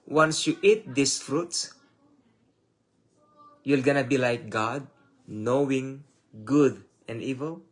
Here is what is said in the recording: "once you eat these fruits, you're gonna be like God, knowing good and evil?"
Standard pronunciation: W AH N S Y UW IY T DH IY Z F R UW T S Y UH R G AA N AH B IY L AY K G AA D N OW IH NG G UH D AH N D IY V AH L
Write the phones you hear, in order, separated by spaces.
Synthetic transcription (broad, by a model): W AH N S Y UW IY T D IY S F R UW T S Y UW L G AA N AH B IY L AY K G AA D N OW IH NG G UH D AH N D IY V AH L